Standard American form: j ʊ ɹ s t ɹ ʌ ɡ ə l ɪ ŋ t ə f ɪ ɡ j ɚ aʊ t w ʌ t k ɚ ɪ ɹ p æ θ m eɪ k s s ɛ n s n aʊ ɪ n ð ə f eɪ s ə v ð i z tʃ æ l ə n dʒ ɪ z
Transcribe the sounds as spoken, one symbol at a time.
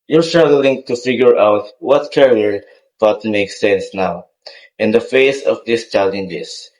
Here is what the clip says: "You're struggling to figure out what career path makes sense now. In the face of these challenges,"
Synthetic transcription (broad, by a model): j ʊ ɹ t ɹ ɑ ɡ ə l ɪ ŋ t ə f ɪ ɡ j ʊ aʊ t w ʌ t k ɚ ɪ ɹ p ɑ t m eɪ k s s ɛ n s n aʊ ɪ n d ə f eɪ s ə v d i s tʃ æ l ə n dʒ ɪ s